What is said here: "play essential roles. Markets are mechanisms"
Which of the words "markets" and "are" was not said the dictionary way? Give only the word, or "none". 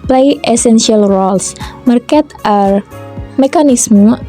markets